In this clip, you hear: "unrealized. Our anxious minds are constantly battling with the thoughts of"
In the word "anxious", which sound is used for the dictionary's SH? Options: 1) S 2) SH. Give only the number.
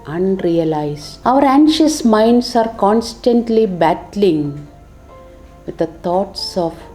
2